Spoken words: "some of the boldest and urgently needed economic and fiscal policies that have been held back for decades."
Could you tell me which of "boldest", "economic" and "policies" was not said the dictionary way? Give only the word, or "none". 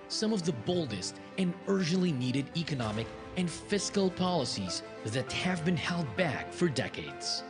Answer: none